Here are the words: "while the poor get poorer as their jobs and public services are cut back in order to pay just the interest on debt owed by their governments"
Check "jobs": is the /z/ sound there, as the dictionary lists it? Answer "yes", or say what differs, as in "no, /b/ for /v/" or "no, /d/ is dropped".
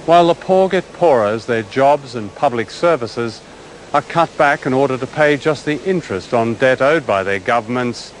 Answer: yes